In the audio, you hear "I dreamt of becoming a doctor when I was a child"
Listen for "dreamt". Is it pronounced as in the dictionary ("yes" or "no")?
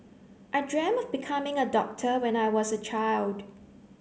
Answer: no